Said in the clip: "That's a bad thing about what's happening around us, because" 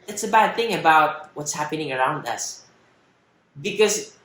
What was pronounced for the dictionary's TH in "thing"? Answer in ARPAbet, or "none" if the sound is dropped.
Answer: TH